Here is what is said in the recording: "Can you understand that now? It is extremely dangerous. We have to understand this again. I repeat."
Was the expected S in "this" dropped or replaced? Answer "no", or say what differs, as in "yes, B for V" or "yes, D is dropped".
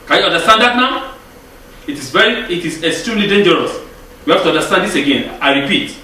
no